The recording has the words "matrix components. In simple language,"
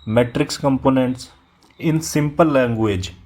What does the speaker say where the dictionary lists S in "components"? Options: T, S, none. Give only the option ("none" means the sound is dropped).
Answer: S